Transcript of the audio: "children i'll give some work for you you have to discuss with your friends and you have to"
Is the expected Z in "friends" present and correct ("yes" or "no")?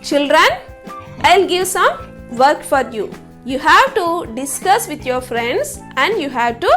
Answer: no